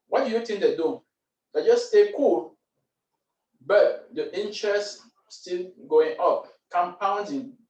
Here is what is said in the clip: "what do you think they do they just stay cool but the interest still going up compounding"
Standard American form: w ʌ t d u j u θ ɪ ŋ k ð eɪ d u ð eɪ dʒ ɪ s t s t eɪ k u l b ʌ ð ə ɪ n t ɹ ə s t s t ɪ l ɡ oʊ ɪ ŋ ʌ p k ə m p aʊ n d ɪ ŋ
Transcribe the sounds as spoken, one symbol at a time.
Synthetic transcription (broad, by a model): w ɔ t d u j u t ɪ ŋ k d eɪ d u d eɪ dʒ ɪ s s t eɪ k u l b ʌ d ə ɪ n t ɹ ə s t s t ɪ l ɡ oʊ ɪ ŋ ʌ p k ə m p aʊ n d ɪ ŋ